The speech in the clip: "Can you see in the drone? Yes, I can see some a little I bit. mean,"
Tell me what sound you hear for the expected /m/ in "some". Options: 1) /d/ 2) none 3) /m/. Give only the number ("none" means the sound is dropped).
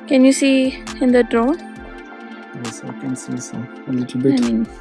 2